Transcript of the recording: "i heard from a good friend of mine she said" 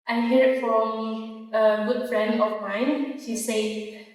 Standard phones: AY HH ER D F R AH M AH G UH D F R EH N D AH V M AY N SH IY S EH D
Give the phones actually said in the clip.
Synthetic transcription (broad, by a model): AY HH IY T F R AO M AH G UH D F R EH N D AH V M AY N SH IY S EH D